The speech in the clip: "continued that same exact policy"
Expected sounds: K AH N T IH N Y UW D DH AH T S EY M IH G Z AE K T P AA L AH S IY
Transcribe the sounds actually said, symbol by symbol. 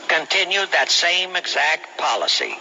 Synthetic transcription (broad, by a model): K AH N T IH N Y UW D DH AH T S EY M IH G Z AE K T P AA L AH S IY